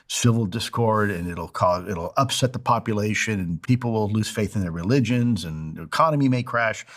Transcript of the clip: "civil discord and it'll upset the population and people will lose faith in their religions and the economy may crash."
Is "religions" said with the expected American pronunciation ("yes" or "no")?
yes